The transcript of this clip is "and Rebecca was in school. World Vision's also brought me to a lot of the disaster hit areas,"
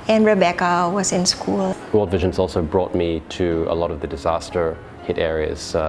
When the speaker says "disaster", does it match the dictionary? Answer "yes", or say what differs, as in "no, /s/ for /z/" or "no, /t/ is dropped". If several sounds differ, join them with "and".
yes